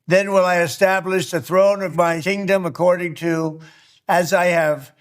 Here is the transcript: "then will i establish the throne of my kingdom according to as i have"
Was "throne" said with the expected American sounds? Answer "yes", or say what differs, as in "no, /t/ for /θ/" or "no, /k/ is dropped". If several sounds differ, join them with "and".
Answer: yes